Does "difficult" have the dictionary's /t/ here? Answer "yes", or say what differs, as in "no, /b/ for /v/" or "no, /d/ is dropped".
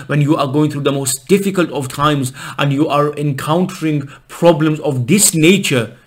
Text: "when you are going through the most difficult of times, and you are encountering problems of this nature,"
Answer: yes